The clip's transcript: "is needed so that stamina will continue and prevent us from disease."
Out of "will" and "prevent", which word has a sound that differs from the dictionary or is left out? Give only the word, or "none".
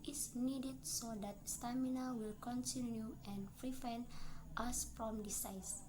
prevent